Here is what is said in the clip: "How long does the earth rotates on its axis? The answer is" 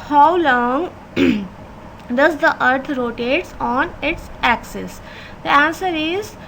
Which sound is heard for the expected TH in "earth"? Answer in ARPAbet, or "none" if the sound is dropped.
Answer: T